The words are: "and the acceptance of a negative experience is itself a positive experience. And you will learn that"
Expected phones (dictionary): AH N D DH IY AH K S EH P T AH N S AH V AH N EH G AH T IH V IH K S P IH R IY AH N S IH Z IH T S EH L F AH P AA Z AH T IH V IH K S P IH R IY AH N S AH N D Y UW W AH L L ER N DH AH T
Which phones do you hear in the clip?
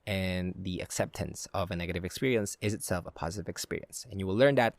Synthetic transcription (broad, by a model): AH N DH IY AH K S EH P T AH N S AH V AH N EH G AH T IH V IH K S P IH R IY AH N S IH Z IH T S EH L F AH P AA Z AH T IH V IH K S P IH R IY AH N S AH N Y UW W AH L L ER N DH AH T